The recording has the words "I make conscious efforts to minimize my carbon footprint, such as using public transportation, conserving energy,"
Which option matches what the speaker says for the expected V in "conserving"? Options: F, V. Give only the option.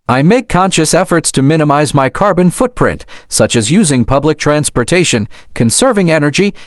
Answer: V